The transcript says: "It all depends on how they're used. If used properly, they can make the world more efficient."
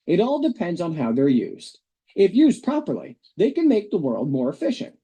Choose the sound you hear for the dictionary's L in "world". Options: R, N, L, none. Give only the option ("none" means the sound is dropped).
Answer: L